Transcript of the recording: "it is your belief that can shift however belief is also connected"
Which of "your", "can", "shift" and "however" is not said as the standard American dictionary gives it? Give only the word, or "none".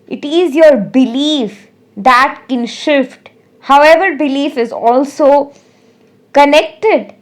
none